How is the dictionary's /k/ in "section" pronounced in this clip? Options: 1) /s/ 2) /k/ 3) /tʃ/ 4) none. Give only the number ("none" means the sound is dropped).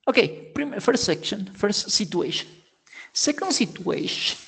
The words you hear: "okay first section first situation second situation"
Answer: 2